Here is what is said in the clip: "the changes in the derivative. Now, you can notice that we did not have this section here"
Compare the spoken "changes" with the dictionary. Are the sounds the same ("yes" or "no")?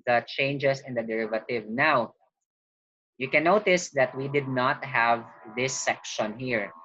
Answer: no